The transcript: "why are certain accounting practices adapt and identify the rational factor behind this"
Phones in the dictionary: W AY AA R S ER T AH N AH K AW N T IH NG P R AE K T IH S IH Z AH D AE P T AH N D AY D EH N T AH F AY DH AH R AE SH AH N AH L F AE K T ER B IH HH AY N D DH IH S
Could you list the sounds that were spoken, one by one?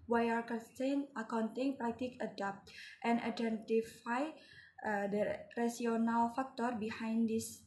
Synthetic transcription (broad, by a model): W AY AA R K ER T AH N AH K AW N T IH NG P R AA K T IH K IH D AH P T T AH N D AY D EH N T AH F AY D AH R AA S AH N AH L F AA K T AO B IH HH AY N D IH S